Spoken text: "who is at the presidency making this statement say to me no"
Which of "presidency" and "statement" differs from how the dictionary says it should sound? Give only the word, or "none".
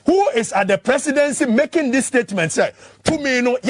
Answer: presidency